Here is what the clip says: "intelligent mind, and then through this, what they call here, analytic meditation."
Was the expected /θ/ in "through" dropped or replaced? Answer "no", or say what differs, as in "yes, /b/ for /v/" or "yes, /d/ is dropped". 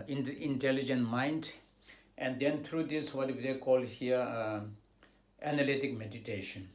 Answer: yes, /t/ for /θ/